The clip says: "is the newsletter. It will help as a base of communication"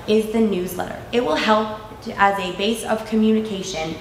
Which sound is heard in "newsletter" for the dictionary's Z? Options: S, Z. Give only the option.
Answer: Z